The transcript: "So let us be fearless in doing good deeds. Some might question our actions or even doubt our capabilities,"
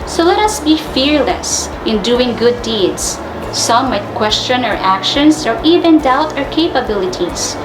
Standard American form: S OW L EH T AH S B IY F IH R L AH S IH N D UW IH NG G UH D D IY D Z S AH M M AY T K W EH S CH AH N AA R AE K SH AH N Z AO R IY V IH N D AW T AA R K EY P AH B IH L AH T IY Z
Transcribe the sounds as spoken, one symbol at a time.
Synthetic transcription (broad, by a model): S OW L EH T AH S B IY F IH R L AH S IH N D UW IH NG G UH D D IY D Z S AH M M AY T K W EH S CH AH N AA R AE K SH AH N S AO R IY V IH N D AW T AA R K EY P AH B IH L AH T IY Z